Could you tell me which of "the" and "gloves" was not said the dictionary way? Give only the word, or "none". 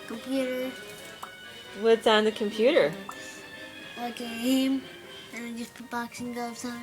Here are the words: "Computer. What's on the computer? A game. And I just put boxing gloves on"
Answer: gloves